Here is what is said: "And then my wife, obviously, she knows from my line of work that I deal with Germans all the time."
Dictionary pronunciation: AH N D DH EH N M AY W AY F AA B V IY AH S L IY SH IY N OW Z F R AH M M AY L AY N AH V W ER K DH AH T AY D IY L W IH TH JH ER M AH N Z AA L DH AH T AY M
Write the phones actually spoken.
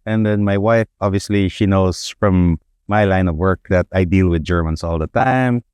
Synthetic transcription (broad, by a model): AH N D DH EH N M AY W AY F AA B V IY AH S L IY SH IY N OW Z F R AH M M AY L AY N AH V W ER K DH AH T AY D IY L W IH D JH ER M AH N S AA L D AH T AY M